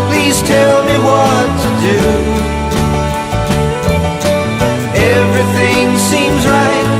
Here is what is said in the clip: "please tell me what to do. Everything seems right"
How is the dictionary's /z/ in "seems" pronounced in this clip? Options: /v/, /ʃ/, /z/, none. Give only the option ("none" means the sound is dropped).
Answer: /z/